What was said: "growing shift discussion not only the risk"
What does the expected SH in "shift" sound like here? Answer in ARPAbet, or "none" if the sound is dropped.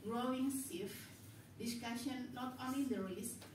S